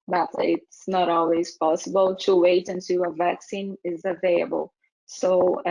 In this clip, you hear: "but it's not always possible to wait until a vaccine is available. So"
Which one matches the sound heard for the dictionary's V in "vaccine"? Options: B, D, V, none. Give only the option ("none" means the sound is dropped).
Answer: V